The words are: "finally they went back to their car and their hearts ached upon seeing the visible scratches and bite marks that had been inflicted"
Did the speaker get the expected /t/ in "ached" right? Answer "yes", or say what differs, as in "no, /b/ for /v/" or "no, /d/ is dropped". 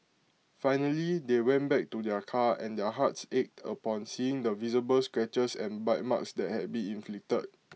yes